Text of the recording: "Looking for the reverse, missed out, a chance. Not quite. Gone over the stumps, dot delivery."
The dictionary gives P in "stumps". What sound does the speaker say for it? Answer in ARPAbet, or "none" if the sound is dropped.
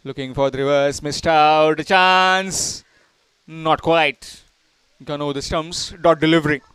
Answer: none